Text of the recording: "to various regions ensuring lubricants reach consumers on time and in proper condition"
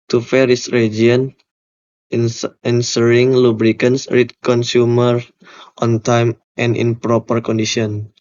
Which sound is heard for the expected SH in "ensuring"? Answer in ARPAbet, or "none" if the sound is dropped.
S